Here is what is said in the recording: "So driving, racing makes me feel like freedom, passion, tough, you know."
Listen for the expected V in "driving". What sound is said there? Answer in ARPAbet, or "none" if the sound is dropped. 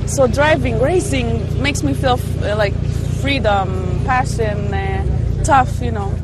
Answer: V